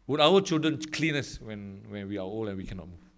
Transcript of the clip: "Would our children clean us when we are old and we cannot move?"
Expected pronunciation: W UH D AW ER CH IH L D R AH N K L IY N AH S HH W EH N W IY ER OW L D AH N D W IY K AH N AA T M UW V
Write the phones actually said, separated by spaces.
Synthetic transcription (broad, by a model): W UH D AW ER CH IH L D R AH N K L IY N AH S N W EH N W IY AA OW L AH N W IY K AH N AA T M UW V